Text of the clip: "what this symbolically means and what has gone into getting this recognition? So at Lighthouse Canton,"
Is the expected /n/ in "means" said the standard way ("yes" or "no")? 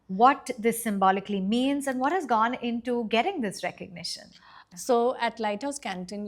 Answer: yes